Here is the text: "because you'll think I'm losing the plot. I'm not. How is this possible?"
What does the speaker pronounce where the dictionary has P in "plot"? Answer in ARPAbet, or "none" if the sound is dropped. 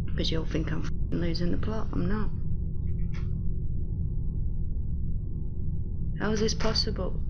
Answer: P